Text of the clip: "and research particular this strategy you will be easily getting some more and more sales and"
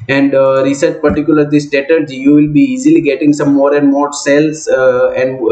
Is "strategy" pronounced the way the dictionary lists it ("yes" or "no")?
no